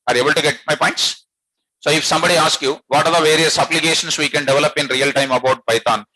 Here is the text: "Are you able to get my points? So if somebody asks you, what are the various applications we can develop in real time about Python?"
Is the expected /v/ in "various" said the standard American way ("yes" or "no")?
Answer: yes